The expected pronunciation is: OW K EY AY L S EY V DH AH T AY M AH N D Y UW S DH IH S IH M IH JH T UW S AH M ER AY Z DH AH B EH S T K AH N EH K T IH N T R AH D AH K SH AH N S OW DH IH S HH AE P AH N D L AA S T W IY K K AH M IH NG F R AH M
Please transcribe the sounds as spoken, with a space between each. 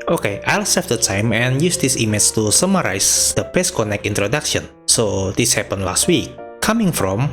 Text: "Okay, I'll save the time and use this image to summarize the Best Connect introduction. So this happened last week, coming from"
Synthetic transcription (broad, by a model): OW K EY AY L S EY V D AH T AY M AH N Y UW S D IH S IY M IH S T UW S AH M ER AY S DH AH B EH S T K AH N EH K IH N T R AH D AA K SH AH N S OW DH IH S HH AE P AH N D L AA S T W IY K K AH M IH NG F R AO M